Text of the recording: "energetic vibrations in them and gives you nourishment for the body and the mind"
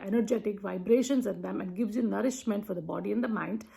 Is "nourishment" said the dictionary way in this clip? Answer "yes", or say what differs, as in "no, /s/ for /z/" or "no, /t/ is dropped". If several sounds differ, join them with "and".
yes